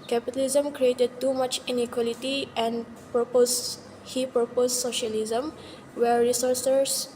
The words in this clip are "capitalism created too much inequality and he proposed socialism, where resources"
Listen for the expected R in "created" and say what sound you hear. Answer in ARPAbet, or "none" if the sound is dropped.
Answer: R